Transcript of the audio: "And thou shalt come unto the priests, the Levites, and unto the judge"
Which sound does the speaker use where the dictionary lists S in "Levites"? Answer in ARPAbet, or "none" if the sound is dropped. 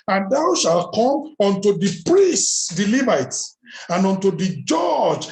none